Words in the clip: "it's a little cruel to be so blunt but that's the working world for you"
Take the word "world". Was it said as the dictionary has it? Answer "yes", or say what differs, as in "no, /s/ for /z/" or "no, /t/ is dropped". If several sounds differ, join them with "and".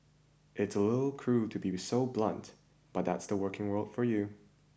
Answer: yes